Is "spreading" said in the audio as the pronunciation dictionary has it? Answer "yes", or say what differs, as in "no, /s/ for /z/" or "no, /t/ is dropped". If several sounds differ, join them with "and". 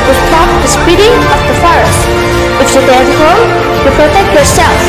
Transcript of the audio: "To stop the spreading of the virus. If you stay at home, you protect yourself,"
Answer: no, /ɹ/ is dropped